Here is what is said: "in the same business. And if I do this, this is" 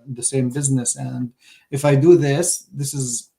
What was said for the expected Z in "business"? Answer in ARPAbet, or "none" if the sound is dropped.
Z